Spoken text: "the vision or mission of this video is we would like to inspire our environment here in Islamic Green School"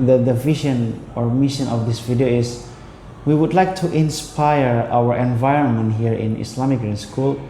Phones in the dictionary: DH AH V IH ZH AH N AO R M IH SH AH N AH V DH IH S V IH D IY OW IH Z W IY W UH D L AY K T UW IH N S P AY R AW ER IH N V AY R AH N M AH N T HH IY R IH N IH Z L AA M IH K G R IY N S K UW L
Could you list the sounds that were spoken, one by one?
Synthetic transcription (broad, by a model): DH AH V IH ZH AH N AO R M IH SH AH N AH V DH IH S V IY D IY OW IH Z W IY W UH D L AY K T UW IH N S P AY R AW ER IH N V AY R AH N M AH N T HH IY R IH N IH S L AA M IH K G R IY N S K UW L